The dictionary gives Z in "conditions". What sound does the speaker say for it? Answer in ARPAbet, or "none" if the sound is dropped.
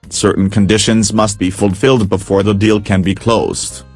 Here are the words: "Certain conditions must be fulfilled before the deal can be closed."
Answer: Z